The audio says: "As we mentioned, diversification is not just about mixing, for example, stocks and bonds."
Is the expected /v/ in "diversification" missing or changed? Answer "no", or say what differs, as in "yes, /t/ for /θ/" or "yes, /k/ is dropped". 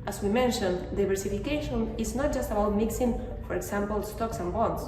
yes, /b/ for /v/